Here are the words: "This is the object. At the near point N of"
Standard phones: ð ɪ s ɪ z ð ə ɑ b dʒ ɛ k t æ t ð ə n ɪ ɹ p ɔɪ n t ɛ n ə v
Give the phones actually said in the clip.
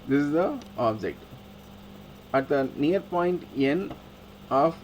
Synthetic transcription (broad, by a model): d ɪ s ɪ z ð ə ɑ b dʒ ɛ k t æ t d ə n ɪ ɹ p ɔɪ n t ɛ n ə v